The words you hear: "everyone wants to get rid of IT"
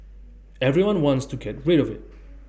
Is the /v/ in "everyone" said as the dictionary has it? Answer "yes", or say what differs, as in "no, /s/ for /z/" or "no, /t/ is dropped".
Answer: yes